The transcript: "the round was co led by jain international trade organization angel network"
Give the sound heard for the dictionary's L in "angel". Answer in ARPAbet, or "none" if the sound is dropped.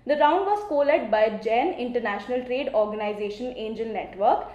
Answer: N